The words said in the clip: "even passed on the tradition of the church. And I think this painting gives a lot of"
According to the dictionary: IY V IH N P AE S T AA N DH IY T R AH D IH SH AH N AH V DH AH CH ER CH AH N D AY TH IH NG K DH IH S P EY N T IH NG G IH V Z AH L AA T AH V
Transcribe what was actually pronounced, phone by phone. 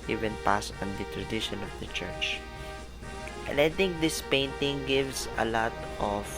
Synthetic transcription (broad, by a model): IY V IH N P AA S AA N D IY T R AH D IH SH AH N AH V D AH CH ER CH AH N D AY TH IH NG K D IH S P EY N T IH NG G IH V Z AH L AA T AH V